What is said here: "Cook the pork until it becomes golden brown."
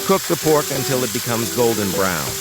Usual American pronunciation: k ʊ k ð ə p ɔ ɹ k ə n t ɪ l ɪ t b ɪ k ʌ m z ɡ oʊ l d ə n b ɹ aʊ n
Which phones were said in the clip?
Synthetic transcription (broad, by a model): k ʊ k ð ə p ɔ ɹ k ə n t ɪ l ɪ t b ɪ k ʌ m z ɡ oʊ l d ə n b ɹ aʊ n